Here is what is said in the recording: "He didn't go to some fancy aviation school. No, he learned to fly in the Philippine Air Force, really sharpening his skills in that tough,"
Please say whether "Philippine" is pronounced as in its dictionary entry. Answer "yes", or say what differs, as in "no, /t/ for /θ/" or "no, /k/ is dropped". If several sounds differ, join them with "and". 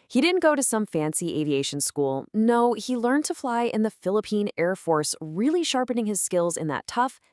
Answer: yes